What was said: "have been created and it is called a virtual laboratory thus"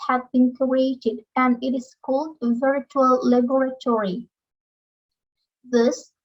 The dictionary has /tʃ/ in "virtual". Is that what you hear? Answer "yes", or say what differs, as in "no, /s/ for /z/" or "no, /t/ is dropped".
yes